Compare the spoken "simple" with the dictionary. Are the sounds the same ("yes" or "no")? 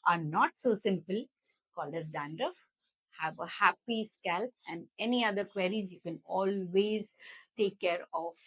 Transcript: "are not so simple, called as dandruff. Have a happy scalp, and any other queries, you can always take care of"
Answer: yes